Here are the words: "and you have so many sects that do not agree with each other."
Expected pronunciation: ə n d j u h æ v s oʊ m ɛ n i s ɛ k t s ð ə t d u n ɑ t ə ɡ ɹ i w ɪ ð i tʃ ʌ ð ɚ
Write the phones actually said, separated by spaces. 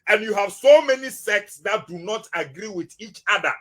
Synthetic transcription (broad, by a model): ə n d j u h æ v s oʊ m ɛ n i s ɛ k t s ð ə t d u n ɑ t ə ɡ ɹ i w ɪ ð i tʃ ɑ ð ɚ